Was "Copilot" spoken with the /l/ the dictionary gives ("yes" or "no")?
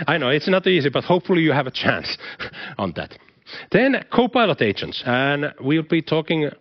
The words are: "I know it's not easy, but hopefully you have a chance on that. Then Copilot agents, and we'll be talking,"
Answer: yes